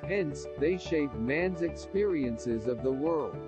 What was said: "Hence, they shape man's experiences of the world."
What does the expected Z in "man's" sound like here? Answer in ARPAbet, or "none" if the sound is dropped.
Z